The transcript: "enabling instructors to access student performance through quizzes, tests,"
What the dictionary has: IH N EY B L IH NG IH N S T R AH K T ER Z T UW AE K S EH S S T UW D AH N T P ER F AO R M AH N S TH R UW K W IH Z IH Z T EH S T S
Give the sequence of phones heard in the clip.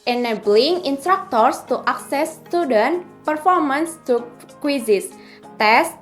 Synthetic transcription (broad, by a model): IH N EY B L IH NG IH N S T R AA K T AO S T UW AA K S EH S S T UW D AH N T P ER F AO R M AH N S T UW K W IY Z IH S T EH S S